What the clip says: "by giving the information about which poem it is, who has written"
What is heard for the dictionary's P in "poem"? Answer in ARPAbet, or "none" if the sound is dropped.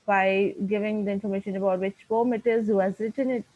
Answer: F